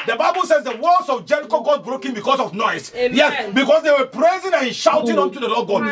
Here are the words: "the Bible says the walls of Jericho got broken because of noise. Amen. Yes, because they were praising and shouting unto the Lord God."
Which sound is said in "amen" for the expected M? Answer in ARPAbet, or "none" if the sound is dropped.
none